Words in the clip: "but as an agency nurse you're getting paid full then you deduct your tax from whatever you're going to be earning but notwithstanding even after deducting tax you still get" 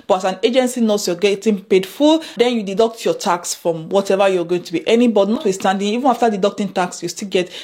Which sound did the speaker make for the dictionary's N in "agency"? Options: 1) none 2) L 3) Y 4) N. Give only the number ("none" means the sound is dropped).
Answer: 4